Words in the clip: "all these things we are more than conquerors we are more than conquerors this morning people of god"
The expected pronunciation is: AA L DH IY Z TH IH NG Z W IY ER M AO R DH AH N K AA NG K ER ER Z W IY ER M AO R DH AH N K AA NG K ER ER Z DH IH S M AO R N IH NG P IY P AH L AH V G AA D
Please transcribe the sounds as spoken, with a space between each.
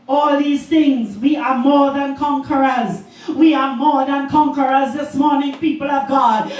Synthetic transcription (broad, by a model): AA L DH IY Z TH IH NG Z W IY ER M AO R DH AH N K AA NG K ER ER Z W IY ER M AO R DH AH N K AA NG K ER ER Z DH IH S M AO R N IH NG P IY P AH L AH V G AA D